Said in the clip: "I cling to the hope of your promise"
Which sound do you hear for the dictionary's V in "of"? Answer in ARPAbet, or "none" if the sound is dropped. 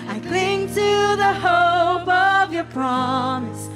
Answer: V